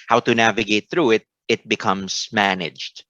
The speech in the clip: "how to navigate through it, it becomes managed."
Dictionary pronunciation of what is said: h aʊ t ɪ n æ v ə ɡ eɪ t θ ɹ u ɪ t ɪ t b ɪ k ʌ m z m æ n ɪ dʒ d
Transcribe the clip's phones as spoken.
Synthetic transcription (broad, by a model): h aʊ t ɪ n æ v ə ɡ eɪ t θ ɹ u ɪ t ɪ t b ɪ k ʌ m z m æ n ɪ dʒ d